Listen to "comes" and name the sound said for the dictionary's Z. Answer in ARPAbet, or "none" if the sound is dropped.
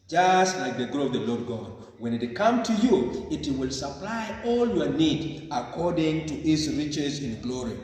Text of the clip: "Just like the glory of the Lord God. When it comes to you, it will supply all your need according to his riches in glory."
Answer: none